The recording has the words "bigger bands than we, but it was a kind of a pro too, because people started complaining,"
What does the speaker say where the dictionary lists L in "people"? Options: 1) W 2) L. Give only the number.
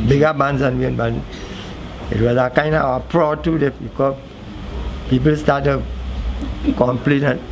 2